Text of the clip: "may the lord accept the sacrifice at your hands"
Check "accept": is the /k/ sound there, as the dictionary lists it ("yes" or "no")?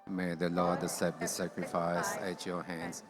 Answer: no